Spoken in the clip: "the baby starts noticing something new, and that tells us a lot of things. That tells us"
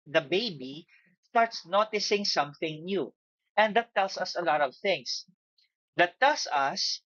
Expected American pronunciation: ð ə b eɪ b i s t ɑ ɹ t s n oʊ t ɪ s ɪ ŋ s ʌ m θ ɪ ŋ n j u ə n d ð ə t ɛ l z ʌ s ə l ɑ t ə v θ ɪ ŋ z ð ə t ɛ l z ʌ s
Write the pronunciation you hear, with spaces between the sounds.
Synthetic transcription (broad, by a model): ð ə b eɪ b i s t ɑ ɹ t s n oʊ t ɪ s ɪ ŋ s ʌ m θ ɪ ŋ n j u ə n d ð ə t ɛ l s ʌ s ə l ɑ t ə v θ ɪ ŋ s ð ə t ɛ l s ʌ s